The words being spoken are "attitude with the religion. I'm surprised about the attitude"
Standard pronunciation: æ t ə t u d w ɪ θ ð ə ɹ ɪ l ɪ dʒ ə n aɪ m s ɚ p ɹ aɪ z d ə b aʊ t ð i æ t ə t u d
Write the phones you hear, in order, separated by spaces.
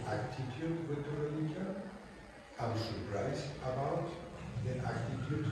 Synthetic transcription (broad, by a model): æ t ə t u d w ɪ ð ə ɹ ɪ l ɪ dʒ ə aɪ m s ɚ p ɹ aɪ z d ə b aʊ t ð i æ t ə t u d